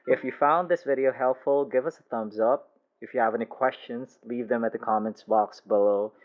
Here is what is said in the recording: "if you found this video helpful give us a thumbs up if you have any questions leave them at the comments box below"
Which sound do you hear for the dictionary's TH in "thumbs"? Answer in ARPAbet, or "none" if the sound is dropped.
TH